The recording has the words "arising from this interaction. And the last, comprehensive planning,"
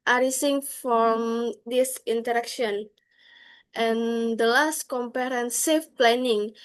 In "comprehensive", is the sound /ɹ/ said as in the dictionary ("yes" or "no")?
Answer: no